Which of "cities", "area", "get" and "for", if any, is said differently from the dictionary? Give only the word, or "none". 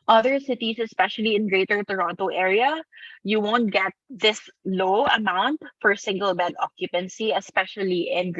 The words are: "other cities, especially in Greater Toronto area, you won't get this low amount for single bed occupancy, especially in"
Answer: cities